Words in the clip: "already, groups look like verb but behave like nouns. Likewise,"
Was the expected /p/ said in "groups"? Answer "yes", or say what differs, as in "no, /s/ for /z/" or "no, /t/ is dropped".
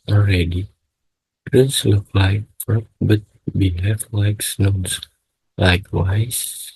no, /p/ is dropped